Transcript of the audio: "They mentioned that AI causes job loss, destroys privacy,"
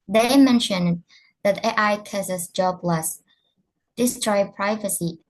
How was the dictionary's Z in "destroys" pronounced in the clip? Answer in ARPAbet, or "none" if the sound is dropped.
none